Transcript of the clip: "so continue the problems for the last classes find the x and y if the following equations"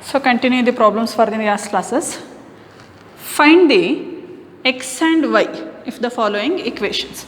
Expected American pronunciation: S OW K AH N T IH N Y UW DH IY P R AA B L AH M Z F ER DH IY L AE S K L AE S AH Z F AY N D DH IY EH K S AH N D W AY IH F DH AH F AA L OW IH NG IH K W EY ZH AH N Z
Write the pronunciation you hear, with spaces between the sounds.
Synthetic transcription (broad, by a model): S OW K AH N T IH N Y UW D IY P R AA B L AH M S F ER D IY N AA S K L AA S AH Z F AY N D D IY EH K S AH N D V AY IH F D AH F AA L OW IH NG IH K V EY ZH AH N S